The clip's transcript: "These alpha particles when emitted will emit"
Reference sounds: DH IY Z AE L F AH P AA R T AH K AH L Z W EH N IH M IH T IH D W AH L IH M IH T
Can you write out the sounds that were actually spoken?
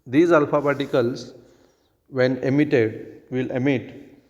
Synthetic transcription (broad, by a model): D IY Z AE L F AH B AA T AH K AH L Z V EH N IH M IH T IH D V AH L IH M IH T